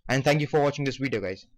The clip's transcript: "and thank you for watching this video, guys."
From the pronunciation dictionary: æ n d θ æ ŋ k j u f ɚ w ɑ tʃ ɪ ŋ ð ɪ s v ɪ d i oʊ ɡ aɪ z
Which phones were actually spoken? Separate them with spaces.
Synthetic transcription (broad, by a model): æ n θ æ ŋ k j u f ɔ w ɑ tʃ ɪ ŋ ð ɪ s w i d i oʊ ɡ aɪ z